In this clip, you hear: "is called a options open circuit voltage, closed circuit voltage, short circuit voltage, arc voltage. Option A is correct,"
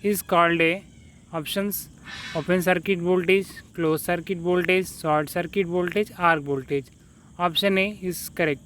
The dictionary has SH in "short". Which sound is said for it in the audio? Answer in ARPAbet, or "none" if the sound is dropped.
S